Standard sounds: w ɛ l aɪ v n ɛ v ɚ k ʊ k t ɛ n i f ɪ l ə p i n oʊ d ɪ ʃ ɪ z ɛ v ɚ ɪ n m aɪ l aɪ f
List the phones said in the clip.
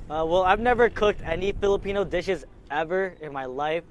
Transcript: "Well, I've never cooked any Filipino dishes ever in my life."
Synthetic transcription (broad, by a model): w ɛ l aɪ v n ɛ v ɚ k ʊ k t ɛ n i f ɪ l ə p i n oʊ d ɪ ʃ ɪ z ɛ v ɚ ɪ n m aɪ l aɪ f